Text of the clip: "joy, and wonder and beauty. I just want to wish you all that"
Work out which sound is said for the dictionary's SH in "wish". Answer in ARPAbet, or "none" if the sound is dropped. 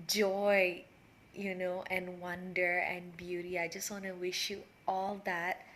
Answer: SH